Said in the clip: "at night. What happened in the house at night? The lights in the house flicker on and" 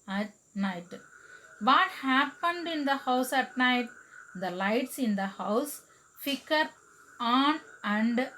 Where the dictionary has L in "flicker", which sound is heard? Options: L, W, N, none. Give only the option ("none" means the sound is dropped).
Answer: none